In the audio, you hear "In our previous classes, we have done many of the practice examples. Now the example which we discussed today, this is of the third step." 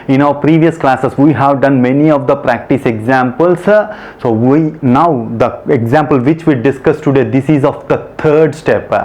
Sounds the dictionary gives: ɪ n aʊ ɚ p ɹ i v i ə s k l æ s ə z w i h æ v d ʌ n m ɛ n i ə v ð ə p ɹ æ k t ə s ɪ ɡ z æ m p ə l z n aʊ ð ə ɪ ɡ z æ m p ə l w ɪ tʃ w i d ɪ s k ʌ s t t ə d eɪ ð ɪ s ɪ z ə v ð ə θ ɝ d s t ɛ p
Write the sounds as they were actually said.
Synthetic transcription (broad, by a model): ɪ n aʊ ɚ p ɹ i v i ə s k l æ s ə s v i h æ v d ʌ n m ɛ n i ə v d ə p ɹ æ k t ə s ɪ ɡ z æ m p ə l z n aʊ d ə ɪ ɡ z æ m p ə l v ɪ tʃ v i d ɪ s k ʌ s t t ə d eɪ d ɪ s ɪ z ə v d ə t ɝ d s t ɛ p